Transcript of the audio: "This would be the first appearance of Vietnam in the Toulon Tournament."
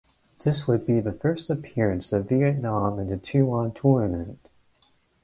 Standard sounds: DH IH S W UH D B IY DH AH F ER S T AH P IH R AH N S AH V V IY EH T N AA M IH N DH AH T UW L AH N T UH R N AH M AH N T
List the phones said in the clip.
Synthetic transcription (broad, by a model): DH IH S W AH D B IY DH AH F ER S T AH P IH R AH N S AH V V IY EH T N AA M IH N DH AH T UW AH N T UH R N AH M AH N T